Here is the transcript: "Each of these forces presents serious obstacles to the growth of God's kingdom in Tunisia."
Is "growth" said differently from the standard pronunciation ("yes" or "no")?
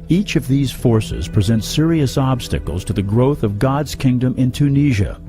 no